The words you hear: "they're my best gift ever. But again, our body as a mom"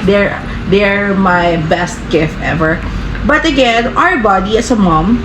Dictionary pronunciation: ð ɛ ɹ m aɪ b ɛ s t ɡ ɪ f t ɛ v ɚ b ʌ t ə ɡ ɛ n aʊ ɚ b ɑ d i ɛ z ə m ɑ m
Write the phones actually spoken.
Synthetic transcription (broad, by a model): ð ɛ ɹ m aɪ b ɛ s t ɡ ɪ f t ɛ v ɚ b ʌ t ə ɡ ɛ n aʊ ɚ b ɑ d i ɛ s ə m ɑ m